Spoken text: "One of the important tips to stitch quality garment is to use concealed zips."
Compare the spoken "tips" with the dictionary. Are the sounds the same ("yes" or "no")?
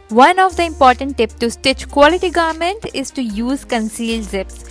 no